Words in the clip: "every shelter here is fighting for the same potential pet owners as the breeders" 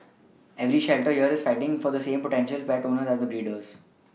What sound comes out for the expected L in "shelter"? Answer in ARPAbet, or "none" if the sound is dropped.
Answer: L